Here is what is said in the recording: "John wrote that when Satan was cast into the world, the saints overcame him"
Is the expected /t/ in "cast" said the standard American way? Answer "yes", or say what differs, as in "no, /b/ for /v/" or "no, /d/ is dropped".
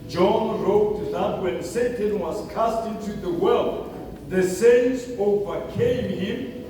yes